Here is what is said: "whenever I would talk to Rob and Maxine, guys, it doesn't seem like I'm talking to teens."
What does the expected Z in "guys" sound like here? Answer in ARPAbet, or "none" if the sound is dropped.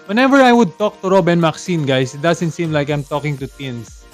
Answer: S